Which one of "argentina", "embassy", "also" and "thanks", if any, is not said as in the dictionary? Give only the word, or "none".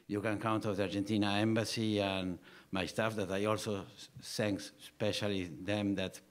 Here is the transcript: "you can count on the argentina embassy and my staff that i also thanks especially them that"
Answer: thanks